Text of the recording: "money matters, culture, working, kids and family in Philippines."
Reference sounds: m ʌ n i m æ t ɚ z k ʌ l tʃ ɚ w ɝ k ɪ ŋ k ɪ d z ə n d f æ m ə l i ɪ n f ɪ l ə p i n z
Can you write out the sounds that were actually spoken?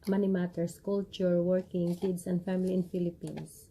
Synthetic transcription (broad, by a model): m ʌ n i m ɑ t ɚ s k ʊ l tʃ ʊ w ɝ k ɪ ŋ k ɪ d s ə n d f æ m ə l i ɪ n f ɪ l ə p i n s